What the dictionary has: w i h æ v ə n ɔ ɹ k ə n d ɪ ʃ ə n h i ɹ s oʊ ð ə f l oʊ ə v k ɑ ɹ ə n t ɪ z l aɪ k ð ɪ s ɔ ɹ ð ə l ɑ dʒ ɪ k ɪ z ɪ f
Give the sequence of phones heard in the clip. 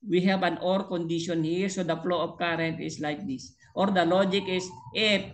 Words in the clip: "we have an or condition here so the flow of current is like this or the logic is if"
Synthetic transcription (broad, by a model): w i h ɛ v ə n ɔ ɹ k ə n d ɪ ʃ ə n h i ɹ s oʊ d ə f l oʊ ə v k ɑ ɹ ə n t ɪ s l aɪ k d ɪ s ɔ ɹ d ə l ɑ dʒ ɪ k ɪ s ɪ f